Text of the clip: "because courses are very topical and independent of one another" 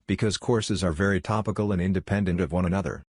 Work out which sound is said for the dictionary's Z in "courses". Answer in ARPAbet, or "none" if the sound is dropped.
Z